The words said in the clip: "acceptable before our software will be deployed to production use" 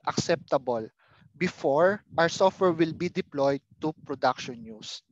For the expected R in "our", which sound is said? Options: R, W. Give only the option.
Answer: W